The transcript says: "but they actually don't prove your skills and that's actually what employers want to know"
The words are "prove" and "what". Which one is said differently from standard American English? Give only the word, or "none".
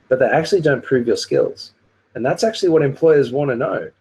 none